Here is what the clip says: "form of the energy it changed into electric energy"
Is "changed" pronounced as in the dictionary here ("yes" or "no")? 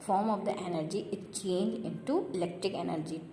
no